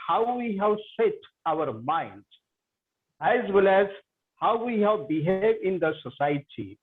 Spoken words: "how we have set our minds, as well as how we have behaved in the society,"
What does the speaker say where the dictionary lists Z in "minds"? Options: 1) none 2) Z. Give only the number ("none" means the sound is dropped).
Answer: 1